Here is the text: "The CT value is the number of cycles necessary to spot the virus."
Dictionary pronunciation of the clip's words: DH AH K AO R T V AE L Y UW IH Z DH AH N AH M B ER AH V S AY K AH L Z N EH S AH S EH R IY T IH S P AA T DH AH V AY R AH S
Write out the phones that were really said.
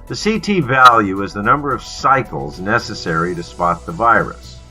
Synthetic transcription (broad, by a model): DH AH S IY T V AE L Y UW IH Z DH AH N AH M B ER AH V S AY K L Z N EH S AH S EH R IY T IH S P AA T DH AH V AY R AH S